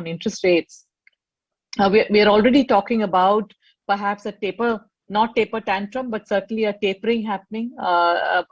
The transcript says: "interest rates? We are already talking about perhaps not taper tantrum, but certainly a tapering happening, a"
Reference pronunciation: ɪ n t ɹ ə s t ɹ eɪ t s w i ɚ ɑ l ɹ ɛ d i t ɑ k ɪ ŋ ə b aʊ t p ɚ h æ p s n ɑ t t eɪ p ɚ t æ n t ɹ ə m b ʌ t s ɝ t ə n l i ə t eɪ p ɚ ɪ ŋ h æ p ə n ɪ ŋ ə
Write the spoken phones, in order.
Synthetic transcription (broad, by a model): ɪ n t ɹ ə s t ɹ eɪ t s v i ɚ ɑ l ɹ ɛ d i t ɑ k ɪ ŋ ə b aʊ t p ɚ h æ p s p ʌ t t eɪ p ɚ t æ n t ɹ ə m b ʌ t s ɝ t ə n l i ə t eɪ p ɚ ɪ ŋ h æ p ə n ɪ ŋ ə